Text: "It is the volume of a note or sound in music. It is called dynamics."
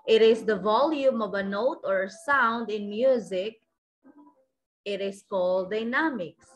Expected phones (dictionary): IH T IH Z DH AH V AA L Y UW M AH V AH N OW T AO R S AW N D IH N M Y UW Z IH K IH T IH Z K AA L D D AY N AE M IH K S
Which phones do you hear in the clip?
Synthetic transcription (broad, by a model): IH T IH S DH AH V AA L Y UW M AH V AH N OW T AO R S AW N D IH N M Y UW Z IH K IH T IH S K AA L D D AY N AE M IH K S